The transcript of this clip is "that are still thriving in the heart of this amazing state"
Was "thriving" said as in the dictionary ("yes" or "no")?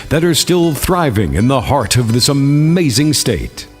yes